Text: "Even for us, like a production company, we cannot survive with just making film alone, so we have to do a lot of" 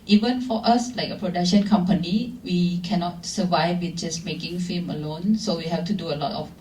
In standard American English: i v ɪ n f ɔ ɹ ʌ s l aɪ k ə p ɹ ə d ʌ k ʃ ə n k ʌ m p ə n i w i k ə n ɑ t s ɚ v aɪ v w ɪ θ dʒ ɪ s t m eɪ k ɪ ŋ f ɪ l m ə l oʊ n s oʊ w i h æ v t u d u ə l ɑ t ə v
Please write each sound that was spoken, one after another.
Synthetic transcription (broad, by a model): i v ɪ n f ɔ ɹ ʌ s l aɪ k ə p ɹ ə d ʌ k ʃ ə n k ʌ m p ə n i w i k ə n ɑ t s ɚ v aɪ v w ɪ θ dʒ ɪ s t m eɪ k ɪ ŋ f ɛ m ə l oʊ n s oʊ w i h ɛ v t u d u ə l ɑ t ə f